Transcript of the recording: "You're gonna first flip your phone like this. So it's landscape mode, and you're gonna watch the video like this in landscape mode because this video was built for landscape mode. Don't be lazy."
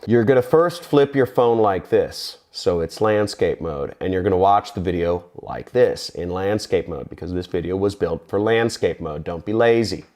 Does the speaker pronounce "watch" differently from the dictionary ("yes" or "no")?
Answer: no